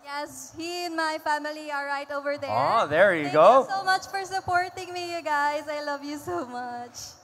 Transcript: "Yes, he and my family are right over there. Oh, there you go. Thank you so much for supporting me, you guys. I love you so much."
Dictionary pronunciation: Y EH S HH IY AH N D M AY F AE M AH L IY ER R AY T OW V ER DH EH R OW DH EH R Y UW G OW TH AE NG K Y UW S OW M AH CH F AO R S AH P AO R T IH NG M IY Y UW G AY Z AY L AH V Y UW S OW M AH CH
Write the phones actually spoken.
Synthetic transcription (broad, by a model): Y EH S HH IY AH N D M AY F AE M AH L IY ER R AY T OW V ER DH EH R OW DH EH R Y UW G OW S OW M AH CH F AO R S AH P AO R T IH NG M IY Y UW G AY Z AY L AH V Y UW S OW M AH CH